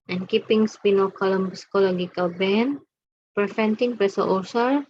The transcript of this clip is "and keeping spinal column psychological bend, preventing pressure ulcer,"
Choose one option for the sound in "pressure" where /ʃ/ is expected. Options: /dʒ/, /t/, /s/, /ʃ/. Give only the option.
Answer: /s/